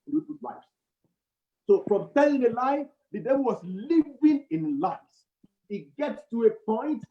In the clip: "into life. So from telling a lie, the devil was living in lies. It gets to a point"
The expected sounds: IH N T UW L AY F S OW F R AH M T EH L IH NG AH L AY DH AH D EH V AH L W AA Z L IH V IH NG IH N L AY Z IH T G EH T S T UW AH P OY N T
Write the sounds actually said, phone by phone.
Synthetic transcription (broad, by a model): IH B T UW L AY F S OW F R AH M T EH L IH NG AH L AY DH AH D EH V AH L W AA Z L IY V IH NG IH N L AY IH T G EH T S T UW AH P OY N T